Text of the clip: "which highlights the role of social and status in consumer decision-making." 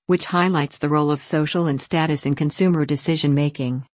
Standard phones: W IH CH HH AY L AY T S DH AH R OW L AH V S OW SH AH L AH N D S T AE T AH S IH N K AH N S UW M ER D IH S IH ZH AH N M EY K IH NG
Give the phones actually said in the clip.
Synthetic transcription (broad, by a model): W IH CH HH AY L AY T S DH AH R OW L AH V S OW SH L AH N S T AE T AH S IH N K AH N S UW M ER D IH S IH ZH AH N M EY K IH NG